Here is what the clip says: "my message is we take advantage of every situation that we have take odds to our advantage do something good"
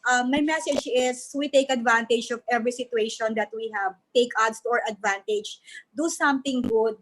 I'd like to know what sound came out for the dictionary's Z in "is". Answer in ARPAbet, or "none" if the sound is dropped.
S